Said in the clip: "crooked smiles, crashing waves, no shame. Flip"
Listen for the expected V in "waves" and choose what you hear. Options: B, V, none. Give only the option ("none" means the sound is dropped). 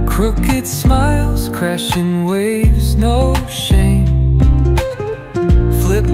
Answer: V